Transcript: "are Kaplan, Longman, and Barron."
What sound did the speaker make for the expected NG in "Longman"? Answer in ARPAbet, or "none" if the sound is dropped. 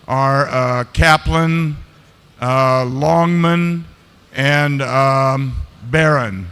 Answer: NG